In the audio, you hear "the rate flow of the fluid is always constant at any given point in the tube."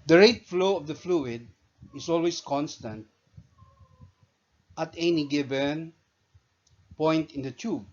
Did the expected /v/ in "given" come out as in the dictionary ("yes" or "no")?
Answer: no